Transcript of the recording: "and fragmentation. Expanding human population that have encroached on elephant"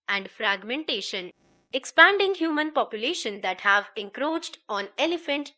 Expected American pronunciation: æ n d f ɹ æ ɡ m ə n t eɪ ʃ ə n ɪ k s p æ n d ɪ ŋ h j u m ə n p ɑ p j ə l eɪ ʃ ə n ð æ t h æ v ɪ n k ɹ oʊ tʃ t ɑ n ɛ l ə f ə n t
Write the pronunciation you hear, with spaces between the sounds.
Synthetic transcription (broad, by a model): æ n d f ɹ æ ɡ m ə n t eɪ ʃ ə n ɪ k s p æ n d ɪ ŋ h j u m ə n p ɑ p j ə l eɪ ʃ ə n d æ t h æ v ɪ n k ɹ oʊ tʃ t ɑ n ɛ l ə f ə n t